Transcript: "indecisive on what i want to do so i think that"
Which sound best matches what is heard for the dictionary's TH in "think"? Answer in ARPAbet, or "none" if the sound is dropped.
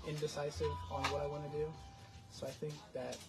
TH